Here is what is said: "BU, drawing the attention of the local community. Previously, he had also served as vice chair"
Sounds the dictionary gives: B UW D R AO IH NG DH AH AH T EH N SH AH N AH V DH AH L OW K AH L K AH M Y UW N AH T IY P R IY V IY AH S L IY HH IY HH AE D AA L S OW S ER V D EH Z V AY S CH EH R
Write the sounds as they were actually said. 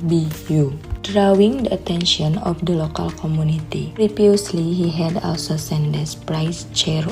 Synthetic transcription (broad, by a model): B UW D R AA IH NG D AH AH T EH N SH AH N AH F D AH L OW K AH L K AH M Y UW N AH T IY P R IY P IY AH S L IY HH IY HH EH D AA L S OW S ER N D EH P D AY S CH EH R